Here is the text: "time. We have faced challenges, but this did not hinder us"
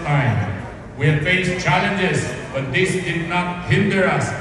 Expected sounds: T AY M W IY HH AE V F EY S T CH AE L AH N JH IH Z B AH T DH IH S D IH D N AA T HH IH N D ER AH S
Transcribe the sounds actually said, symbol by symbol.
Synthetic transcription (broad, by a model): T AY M W IY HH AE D F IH SH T CH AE L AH N JH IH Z B AH T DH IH S D IH D N AA T HH IH N D ER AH S